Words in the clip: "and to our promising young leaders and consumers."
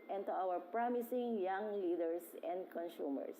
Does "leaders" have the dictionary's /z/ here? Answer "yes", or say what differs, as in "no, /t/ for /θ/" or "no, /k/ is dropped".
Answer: no, /s/ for /z/